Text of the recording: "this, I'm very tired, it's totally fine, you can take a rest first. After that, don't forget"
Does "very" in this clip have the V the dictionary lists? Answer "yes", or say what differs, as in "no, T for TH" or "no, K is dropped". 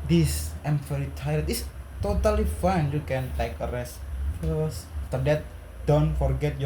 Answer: no, F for V